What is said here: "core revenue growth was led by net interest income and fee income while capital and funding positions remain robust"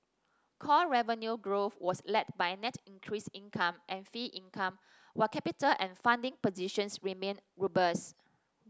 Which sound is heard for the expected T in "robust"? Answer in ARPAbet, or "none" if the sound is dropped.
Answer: none